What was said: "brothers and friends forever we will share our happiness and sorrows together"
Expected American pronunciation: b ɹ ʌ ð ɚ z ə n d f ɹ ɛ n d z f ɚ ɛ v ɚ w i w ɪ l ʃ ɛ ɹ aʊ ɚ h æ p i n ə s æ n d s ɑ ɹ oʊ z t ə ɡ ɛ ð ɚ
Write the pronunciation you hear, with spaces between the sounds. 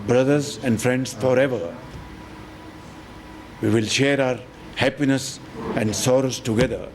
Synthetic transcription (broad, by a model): b ɹ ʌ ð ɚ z ə n d f ɹ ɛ n d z f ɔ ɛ v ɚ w i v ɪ l ʃ ɛ ɹ aʊ ɚ h æ p i n ə s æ n d s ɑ ɹ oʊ s t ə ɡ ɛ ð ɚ